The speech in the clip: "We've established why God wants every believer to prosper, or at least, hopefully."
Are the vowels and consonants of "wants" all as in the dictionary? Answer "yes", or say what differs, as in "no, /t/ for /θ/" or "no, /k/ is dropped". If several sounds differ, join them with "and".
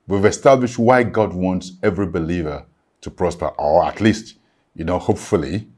yes